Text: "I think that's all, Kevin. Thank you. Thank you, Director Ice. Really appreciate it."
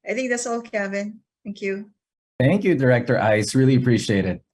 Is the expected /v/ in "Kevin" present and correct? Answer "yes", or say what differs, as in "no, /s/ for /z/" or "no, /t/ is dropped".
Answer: no, /b/ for /v/